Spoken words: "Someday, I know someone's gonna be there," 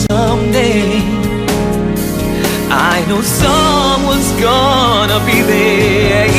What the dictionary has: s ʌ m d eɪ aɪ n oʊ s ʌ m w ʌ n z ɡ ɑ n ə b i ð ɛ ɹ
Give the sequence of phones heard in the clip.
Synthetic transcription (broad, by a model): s ʌ m d eɪ aɪ n oʊ s ʌ m w ʌ n z ɡ ɑ n ə b i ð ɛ